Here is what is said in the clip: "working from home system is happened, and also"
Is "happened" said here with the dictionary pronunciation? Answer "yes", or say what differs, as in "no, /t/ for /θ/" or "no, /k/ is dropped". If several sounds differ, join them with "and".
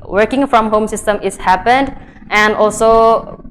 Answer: yes